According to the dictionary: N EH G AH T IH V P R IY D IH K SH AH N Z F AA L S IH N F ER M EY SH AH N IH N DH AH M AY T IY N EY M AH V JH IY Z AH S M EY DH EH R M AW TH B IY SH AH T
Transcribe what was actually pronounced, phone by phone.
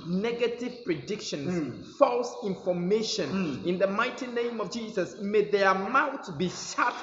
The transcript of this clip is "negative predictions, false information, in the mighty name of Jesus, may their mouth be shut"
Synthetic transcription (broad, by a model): N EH G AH T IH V P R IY D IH K SH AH N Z F AA L S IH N F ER M EY SH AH N IH N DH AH M AY T IY N EY M AH V JH IY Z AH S M EY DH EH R M AW T B IY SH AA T